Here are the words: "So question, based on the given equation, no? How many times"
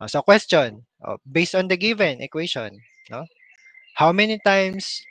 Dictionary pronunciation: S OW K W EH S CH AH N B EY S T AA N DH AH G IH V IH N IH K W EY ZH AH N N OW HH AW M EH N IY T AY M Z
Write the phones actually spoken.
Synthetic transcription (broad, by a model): S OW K W EH S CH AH N B EY S T AA N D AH G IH V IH N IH K W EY SH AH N N OW HH AW M EH N IY T AY M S